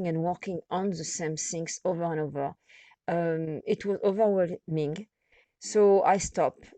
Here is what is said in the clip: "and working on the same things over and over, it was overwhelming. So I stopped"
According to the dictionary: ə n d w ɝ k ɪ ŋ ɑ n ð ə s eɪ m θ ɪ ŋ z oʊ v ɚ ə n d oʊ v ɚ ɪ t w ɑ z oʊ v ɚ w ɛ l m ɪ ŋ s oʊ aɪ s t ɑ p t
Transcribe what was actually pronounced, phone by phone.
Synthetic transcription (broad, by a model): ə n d w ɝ k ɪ ŋ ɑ n ð ə s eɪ m s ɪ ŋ s oʊ v ɚ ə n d oʊ v ɚ ɪ t w ɑ z oʊ v ɚ w ɛ l m ɪ ŋ s oʊ aɪ s t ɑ p